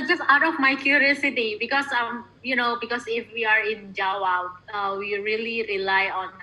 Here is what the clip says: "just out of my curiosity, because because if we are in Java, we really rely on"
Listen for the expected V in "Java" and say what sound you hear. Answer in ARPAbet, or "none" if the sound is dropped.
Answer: W